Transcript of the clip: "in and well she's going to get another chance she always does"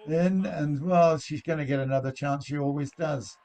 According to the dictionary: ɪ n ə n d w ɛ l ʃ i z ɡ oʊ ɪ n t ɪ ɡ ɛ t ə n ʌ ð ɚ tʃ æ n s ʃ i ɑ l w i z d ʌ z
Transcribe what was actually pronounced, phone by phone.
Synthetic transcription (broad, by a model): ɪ n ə n w ɛ l ʃ i z ɡ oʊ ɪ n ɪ ɡ ɛ t ə n ʌ ð ɚ tʃ æ n s ʃ i ɑ l w i z d ʌ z